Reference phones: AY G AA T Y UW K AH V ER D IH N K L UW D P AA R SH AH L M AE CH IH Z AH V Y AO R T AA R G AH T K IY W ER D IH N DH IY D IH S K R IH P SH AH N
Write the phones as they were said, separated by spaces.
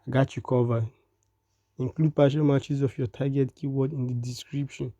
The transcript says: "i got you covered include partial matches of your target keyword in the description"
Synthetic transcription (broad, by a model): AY G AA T Y UW K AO V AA IH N K L UW D P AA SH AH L M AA CH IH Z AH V Y AO T AA G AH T K IY W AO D IH N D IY D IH S K R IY P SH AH N